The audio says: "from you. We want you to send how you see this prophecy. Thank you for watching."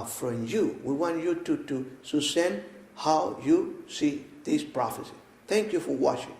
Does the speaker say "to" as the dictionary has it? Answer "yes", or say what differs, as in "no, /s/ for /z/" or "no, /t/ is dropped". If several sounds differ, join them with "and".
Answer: no, /s/ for /t/